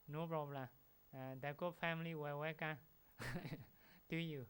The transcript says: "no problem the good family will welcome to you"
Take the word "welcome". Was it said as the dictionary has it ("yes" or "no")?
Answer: no